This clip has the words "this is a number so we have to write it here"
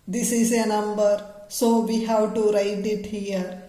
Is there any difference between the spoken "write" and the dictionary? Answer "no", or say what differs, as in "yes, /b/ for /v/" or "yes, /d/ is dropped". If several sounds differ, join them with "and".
no